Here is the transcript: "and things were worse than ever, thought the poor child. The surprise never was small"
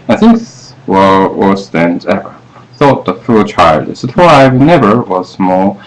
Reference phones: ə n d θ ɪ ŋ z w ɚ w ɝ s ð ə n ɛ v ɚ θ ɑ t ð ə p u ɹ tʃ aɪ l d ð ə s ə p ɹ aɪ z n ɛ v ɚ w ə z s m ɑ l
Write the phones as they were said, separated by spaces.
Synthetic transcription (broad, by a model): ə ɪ θ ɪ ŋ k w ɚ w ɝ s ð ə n ɛ v ɚ θ ɑ t ð ə f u l tʃ aɪ l d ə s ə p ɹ aɪ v n ɛ v ɚ w ə z m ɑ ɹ